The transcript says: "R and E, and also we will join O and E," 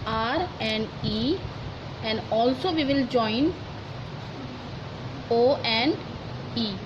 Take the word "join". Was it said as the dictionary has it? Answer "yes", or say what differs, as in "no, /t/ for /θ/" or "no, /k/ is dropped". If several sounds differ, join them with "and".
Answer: yes